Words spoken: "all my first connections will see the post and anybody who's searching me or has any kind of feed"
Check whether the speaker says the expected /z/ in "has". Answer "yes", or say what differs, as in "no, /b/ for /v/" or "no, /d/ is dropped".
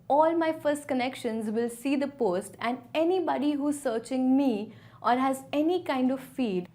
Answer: yes